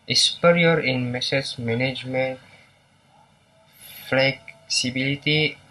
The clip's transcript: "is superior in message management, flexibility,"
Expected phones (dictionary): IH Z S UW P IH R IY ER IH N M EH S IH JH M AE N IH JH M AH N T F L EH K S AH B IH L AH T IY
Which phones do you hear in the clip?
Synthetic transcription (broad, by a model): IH S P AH R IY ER IH N M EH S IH Z M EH N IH JH M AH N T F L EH K S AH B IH L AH T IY